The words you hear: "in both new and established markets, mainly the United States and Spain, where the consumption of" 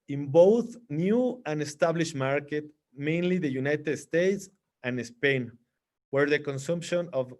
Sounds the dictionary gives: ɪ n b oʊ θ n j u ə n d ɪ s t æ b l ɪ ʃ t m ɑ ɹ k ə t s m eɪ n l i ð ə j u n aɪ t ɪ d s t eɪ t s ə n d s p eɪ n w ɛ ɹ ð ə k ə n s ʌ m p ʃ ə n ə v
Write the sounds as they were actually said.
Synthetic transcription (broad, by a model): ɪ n b oʊ θ n j u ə n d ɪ s t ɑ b l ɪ ʃ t m ɑ ɹ k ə t m eɪ n l i ð ə j u n aɪ t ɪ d s t eɪ t s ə n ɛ s p eɪ n w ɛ ɹ ð ə k ə n s ʌ m p ʃ ə n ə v